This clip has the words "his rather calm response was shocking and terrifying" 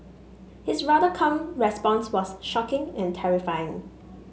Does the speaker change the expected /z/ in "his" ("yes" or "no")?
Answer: yes